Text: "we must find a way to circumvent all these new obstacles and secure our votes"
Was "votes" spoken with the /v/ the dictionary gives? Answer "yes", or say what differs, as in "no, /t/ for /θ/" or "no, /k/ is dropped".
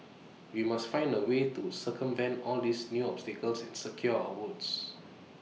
no, /w/ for /v/